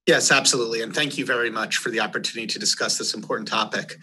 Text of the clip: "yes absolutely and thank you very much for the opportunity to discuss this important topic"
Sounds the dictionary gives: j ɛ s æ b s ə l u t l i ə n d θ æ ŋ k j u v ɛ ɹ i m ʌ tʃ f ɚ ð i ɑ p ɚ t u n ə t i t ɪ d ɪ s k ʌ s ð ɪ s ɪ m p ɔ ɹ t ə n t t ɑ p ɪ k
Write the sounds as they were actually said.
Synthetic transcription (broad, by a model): j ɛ s æ b s ə l u t l i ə n θ æ ŋ k j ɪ v ɛ ɹ i m ʌ tʃ f ɚ ð i ɑ p ɚ t u n ə t i t ɪ d ɪ s k ʌ s ð ɪ s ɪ m p ɔ ɹ t n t t ɑ p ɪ k